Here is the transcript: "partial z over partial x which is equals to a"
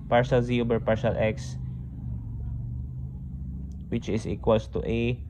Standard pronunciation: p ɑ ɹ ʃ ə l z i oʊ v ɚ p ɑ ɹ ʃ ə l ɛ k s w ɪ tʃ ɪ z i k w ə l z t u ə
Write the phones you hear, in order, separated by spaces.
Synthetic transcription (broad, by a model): p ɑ ɹ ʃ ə l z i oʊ b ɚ p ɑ ɹ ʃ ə l ɛ k s w ɪ tʃ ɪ s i k w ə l s t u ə